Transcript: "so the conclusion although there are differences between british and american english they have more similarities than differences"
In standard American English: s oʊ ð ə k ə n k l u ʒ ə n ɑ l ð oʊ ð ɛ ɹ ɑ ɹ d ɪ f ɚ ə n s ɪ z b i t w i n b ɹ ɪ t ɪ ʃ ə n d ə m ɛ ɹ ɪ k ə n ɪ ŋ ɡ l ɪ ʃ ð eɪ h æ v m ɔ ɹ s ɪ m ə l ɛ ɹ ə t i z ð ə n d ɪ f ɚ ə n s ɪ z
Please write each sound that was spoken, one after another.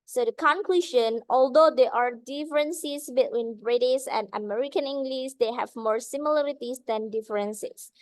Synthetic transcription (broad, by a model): s oʊ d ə k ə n k l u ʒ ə n ɑ l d oʊ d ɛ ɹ ɑ ɹ d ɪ f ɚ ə n s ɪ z b i t w i n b ɹ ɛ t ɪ s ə n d ə m ɛ ɹ ɪ k ə n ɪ ŋ ɡ l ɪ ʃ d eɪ h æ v m ɔ ɹ s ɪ m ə l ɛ ɹ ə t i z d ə n d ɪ f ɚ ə n s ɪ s